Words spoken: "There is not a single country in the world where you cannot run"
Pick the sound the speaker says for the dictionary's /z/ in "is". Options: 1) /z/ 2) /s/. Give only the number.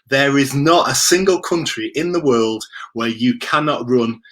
1